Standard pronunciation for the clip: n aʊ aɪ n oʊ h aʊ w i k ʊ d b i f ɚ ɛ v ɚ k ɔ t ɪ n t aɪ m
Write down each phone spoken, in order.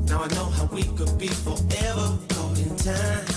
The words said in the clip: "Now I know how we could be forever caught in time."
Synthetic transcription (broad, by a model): n aʊ aɪ n oʊ h aʊ w i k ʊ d b i f ɚ ɛ v ɚ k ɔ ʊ ɪ n t aɪ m